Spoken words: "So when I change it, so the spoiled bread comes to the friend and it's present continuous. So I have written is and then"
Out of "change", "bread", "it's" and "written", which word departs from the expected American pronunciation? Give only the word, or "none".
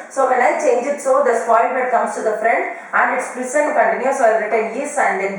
bread